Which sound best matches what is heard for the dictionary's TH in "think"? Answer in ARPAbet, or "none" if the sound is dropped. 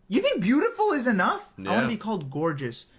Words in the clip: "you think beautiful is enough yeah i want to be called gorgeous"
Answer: TH